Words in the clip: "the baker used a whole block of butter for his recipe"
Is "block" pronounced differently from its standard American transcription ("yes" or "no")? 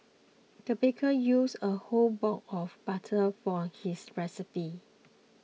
yes